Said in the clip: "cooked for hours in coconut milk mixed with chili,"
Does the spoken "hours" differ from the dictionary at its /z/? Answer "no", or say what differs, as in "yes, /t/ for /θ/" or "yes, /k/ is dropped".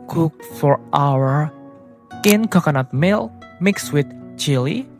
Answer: yes, /z/ is dropped